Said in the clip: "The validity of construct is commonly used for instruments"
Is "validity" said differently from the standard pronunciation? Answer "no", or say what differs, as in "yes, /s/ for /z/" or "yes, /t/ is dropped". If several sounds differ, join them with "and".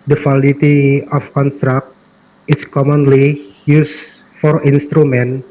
yes, /w/ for /v/